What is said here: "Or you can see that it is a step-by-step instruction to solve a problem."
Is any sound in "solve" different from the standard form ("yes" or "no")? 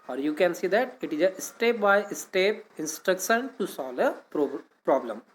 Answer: yes